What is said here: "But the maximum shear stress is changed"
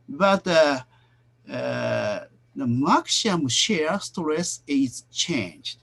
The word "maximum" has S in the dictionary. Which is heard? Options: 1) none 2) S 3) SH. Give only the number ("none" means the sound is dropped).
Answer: 3